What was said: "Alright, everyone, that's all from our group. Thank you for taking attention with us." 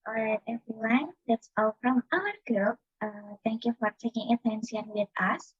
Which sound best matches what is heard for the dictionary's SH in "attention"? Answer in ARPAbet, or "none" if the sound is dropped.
S